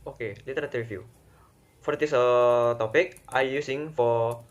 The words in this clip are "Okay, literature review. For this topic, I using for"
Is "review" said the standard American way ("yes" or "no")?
no